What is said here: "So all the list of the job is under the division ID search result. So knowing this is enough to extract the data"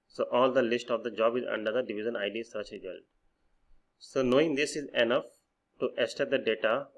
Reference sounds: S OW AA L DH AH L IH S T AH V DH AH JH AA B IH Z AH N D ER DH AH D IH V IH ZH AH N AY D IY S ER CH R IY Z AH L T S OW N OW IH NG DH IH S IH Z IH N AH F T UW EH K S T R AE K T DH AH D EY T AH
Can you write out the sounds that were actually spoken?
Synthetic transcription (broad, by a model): S OW AA L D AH L IH S T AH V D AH JH AA B IH Z AH N D ER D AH D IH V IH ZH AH N AY D IY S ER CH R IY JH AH L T S OW N OW IH NG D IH S IH Z IH N AH F T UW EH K S T EH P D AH D EY T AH